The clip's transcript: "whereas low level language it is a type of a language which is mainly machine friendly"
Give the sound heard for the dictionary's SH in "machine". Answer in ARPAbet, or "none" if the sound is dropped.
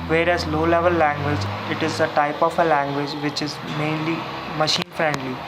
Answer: SH